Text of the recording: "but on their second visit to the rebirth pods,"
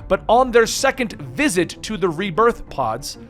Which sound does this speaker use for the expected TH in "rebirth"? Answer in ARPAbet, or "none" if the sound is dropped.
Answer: TH